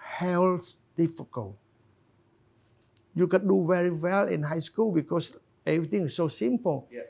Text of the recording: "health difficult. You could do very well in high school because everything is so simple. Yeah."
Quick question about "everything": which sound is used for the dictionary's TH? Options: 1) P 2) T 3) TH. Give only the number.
2